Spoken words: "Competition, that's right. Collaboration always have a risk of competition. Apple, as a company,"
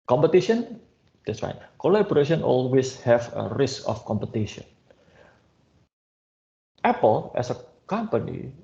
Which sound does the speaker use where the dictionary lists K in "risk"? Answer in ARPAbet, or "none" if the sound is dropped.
K